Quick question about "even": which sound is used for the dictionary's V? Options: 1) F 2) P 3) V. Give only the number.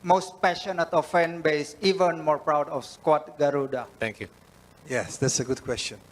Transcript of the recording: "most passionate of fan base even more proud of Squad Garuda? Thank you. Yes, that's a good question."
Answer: 3